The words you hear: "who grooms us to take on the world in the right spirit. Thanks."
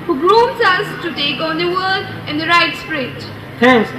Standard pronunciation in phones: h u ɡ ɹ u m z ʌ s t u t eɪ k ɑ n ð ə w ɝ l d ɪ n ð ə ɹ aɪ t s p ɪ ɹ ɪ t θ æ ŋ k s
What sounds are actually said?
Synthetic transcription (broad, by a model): h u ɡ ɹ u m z ʌ s t u t eɪ k ɑ n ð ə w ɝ d ɪ n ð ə ɹ aɪ t s p ɹ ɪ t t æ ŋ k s